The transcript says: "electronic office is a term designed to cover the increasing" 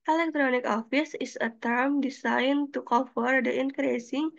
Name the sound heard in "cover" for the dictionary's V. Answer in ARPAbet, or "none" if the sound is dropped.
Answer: F